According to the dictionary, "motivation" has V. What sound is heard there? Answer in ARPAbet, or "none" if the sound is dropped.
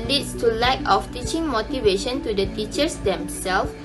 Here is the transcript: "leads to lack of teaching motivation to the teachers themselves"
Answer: V